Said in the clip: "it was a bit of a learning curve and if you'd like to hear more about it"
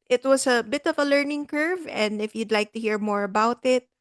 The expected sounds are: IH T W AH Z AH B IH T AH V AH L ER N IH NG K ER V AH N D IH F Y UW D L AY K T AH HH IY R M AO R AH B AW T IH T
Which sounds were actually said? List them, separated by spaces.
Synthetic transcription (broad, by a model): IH T W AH S AH B IH T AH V AH L ER N IH NG K ER V AH N D IH F Y UW D L AY K T AH HH IY R M AO R AH B AW T IH T